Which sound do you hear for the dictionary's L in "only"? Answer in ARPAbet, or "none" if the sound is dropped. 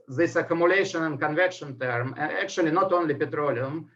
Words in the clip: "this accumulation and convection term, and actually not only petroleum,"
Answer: L